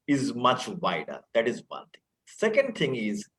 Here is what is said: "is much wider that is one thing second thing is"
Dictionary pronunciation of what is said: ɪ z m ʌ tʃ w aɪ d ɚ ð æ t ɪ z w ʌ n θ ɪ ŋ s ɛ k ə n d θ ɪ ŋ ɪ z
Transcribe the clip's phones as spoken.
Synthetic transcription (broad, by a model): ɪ z m ʌ tʃ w aɪ d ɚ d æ t ɪ z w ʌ n t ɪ ŋ s ɛ k ə n d t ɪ ŋ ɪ z